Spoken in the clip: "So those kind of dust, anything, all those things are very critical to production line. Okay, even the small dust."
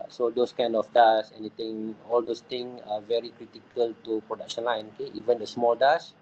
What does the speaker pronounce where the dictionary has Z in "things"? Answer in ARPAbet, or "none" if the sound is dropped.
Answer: none